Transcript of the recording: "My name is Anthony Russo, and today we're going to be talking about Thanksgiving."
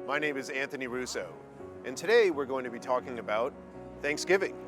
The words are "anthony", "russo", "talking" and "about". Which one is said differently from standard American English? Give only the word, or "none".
none